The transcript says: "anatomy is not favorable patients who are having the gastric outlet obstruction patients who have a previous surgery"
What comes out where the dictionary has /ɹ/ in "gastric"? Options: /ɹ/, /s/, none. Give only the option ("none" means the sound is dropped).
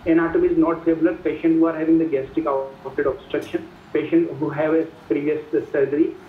none